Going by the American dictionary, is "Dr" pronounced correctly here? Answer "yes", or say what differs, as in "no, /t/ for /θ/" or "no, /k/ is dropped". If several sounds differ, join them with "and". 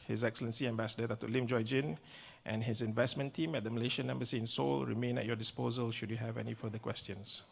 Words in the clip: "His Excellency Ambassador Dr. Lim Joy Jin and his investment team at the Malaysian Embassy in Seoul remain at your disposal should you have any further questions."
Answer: no, /k/ is dropped